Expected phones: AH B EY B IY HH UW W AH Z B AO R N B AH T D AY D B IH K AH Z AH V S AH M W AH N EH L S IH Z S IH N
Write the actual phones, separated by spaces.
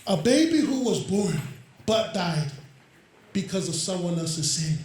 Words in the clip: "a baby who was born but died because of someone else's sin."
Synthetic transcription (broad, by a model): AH B EY B IY HH UW W AH Z B AO R N B AH T D AY D B IH K AH Z AH V S AH M W AH N EH L S IH Z S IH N